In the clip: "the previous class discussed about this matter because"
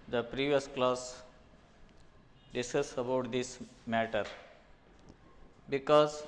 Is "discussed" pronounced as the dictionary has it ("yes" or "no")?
no